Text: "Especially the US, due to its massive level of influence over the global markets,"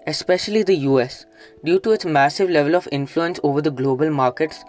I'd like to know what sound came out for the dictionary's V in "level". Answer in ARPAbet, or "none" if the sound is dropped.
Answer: V